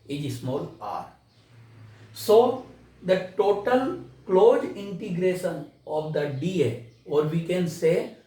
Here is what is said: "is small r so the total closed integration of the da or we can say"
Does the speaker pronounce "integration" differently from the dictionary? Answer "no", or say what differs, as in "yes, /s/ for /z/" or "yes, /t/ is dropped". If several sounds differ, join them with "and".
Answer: no